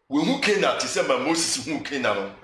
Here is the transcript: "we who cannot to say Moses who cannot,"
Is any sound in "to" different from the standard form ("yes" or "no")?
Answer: yes